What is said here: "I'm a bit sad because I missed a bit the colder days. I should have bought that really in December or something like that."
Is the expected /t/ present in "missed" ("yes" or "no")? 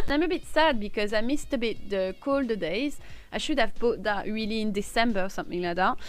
yes